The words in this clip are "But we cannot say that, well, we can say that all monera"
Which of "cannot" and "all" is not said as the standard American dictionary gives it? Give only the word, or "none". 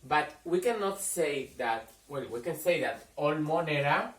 none